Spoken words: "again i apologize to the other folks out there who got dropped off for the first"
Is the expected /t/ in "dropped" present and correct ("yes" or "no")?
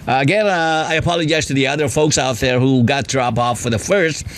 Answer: no